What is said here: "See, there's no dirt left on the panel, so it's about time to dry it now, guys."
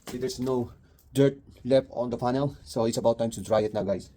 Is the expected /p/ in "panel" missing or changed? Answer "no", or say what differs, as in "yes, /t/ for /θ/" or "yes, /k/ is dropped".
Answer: yes, /f/ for /p/